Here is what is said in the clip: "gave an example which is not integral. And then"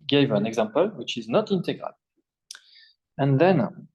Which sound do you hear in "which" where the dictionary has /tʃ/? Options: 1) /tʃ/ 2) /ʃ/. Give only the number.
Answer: 1